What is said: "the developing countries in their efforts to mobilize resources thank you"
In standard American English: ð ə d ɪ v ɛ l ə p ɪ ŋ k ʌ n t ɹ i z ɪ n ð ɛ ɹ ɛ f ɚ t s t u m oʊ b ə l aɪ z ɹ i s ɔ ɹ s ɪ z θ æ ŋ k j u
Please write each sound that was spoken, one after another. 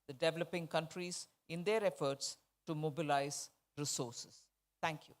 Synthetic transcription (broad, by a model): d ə d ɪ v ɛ l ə p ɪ ŋ k ʌ n t ɹ i z ɪ n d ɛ ɹ ɛ f ɚ t s t u m oʊ b ə l aɪ z ɹ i s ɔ ɹ s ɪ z t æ ŋ k j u